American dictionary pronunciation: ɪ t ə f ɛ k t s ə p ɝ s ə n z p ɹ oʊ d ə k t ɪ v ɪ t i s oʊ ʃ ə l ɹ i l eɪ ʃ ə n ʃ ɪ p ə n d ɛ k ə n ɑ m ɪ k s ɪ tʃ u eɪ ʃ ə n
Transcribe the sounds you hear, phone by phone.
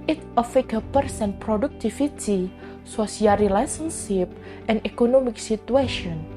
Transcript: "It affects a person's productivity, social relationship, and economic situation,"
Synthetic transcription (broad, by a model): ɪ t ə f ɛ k ə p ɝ s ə n p ɹ oʊ d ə k t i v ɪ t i s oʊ s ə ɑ ɹ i l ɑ s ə n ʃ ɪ p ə n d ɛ k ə n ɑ m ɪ k s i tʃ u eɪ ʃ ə n